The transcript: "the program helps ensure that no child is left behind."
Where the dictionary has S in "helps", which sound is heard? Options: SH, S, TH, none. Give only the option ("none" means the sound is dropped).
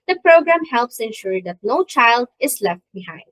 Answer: S